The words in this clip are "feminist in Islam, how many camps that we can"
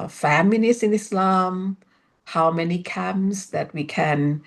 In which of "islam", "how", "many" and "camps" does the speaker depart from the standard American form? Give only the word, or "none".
camps